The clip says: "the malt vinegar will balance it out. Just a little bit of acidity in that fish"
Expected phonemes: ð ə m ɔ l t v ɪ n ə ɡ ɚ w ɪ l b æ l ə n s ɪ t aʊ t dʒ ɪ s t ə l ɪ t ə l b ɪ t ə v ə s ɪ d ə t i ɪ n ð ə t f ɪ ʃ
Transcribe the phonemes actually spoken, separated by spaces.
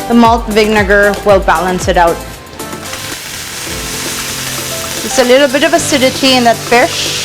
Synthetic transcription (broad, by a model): ð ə m ɔ l t v ɪ n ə ɡ ɚ w ɪ l b æ l ə n s ɪ t aʊ t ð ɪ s ə l ɪ t l b ɪ t ə v ə s ɪ d ə t i ɪ n ð ə t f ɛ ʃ